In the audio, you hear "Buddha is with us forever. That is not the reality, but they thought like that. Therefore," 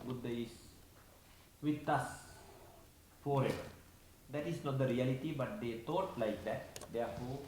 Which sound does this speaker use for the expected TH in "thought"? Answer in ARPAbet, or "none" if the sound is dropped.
T